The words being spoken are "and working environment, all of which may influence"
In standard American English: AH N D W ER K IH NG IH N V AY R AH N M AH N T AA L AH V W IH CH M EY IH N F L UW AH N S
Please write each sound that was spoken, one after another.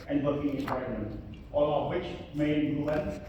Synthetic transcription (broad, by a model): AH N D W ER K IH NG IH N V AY AH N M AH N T AA L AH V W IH CH M EY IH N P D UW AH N